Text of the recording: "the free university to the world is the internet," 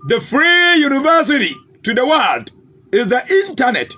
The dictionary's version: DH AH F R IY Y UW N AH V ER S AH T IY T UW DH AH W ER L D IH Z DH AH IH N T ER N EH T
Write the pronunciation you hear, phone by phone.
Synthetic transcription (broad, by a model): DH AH F R IY Y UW N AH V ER S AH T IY T UW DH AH W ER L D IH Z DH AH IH N T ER N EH T